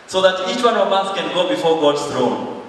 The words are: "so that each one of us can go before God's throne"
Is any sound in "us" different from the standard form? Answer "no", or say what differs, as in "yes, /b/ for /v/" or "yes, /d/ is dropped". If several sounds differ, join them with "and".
yes, /θ/ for /s/